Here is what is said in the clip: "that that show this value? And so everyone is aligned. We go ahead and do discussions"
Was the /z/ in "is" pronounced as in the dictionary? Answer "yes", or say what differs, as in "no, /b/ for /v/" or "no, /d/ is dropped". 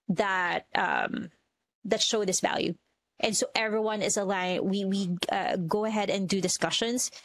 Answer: yes